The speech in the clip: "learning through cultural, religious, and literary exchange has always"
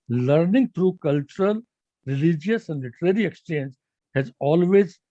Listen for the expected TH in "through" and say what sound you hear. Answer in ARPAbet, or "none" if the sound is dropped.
T